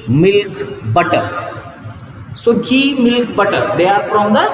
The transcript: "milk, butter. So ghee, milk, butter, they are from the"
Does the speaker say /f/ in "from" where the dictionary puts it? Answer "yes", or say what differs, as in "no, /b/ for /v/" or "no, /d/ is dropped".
no, /p/ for /f/